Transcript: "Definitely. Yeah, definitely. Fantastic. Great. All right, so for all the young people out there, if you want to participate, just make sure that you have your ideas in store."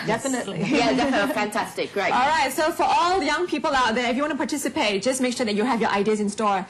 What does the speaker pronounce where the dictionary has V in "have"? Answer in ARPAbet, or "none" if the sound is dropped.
V